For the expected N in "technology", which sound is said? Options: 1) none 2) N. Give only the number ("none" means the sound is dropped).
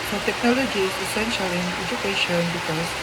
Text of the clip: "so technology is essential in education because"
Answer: 2